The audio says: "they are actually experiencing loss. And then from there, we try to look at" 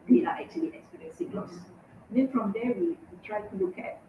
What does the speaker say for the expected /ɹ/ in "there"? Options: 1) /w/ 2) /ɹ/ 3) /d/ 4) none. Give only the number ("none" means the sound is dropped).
1